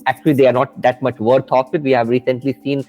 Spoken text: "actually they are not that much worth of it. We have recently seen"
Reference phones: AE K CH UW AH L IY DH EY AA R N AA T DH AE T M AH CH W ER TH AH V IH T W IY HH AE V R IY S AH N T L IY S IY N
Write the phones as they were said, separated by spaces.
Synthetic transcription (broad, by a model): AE K CH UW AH L IY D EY AA R N AA T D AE T M AH CH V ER T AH F IH T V IY HH AE V R IY S AH N T L IY S IY N